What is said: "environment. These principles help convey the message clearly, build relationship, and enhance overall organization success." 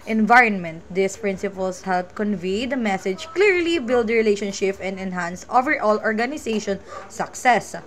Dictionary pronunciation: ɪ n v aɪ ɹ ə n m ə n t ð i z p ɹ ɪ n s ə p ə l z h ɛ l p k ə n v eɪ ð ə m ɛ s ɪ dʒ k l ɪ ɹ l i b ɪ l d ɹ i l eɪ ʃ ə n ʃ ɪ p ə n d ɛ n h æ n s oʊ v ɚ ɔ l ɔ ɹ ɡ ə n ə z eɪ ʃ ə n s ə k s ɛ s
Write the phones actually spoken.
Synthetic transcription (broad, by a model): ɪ n v aɪ ɹ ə n m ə n t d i s p ɹ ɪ n s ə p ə l s h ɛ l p k ə n v eɪ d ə m ɛ s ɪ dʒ k l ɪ ɹ l i b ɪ l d ɹ i l eɪ ʃ ə n ʃ ɪ p ə n d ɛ n h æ n s oʊ v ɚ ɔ l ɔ ɹ ɡ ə n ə s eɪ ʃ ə n s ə k s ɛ s